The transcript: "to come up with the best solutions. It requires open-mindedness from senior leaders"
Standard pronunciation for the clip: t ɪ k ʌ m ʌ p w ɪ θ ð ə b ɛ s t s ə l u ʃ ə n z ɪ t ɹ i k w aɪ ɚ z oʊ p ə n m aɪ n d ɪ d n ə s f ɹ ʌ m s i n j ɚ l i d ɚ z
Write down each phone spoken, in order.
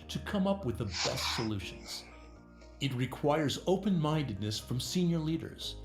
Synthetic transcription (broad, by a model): t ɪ k ʌ m ʌ p w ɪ ð ə b ɛ s t s ə l u ʃ ə n z ɪ t ɹ i k w aɪ ɚ z oʊ p ə n m aɪ n d ɪ d n ə s f ɹ ʌ m s i n j ɚ l i d ɚ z